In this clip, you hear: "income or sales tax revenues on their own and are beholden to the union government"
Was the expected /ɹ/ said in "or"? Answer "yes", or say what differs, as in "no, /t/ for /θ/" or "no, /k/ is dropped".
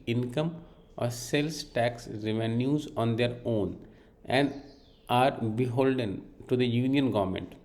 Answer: yes